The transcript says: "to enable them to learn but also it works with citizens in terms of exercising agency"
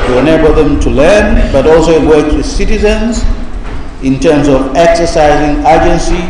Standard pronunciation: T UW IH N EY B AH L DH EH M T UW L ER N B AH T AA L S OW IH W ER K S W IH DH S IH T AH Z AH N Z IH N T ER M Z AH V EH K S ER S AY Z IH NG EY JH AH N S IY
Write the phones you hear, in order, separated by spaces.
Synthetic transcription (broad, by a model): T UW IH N EY B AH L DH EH M T UW L ER N B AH T AA L S OW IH W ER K W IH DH S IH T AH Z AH N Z IH N T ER M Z AH V EH K S ER S AY Z IH NG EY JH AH N S IY